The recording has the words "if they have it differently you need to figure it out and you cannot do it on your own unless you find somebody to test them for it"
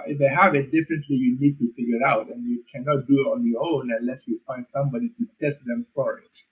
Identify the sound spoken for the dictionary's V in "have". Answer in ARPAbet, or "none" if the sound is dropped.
V